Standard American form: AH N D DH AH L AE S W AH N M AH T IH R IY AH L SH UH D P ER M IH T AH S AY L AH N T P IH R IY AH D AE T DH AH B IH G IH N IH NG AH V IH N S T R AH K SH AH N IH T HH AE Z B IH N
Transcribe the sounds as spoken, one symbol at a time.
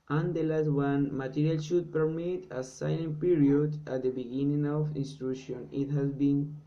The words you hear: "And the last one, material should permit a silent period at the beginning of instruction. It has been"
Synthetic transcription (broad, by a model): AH N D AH L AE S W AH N M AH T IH R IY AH L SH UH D P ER M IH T AH S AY N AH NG P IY R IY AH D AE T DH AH B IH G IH N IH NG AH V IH N S T R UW SH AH N IH T HH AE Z B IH N